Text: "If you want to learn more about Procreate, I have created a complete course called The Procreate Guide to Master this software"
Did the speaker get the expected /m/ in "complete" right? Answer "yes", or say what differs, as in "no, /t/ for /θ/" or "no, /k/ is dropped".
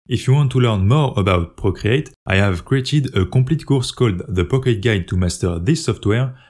no, /m/ is dropped